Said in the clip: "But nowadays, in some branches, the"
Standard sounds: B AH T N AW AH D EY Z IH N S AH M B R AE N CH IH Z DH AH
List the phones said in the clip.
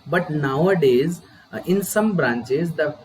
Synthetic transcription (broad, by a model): B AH T N AW AH D EY Z IH N S AH M B R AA N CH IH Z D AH